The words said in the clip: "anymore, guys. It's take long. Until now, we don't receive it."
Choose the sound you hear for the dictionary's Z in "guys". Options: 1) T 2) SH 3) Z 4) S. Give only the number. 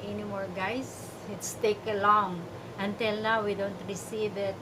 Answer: 4